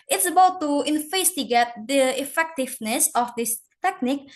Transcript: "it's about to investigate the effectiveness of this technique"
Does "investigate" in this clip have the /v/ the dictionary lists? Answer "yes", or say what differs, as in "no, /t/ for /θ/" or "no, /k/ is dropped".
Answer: no, /f/ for /v/